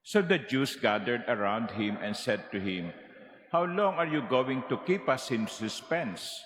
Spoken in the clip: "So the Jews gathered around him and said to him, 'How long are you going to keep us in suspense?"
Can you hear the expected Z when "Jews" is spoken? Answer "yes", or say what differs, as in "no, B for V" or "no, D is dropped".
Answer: no, S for Z